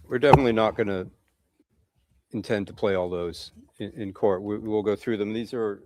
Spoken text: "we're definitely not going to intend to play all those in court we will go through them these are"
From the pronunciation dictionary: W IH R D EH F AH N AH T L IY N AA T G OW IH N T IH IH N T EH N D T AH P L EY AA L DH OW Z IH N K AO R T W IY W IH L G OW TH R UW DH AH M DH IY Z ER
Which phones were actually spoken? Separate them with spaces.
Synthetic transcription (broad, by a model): W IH R D EH F AH N AH T L IY N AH T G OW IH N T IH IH N T EH N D T AH P L EY AA L DH OW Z IH N K AO R T W IY W IH L G OW TH R UW DH AH M DH IY Z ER